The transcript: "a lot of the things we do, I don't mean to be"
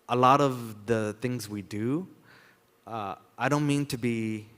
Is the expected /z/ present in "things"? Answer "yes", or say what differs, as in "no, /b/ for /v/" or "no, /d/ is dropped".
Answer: yes